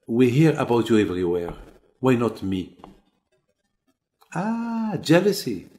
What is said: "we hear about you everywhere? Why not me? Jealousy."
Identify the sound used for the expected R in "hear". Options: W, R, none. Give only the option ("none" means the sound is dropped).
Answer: R